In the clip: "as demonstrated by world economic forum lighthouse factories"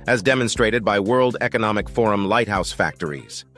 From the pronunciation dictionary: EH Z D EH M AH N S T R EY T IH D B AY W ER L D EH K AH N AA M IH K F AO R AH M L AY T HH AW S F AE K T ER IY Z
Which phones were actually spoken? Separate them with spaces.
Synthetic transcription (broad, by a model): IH Z D EH M AH N S T R EY T IH D B AY W ER L D EH K AH N AA M IH K F AO R AH M L AY T HH AW S F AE K T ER IY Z